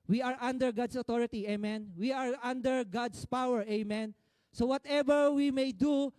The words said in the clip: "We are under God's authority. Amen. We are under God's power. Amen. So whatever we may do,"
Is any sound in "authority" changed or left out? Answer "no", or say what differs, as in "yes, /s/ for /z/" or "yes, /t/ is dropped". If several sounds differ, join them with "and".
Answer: yes, /t/ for /θ/